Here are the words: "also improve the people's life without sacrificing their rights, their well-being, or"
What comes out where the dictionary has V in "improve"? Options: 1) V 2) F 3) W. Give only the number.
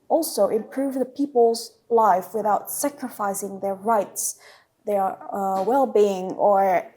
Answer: 1